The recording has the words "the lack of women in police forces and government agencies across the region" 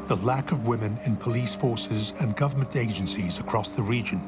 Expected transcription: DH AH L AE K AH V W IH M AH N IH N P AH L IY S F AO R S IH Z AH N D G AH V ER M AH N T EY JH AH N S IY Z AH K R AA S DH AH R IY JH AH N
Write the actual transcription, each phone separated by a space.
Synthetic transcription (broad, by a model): DH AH L AE K AH V W IH M AH N IH N P AH L IY S F AO R S IH Z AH N G AH V ER M AH N T EY JH AH N S IY Z AH K R AA S DH AH R IY JH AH N